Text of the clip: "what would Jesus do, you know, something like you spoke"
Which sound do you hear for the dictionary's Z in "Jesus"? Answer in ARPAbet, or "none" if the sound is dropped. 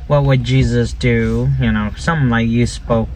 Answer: Z